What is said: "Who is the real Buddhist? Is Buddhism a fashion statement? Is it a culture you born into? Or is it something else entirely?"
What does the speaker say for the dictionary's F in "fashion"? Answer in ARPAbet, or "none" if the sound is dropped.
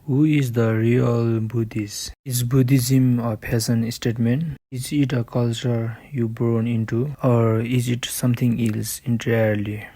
P